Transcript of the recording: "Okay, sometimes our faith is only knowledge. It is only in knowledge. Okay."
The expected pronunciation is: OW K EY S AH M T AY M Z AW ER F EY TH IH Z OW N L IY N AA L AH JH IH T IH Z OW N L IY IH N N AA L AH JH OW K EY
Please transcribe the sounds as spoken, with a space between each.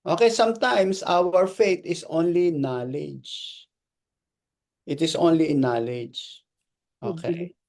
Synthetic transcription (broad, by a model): OW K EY S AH M T AY M S AW ER F EY T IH S OW N L IY N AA L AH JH IH T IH S OW N L IY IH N N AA L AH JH OW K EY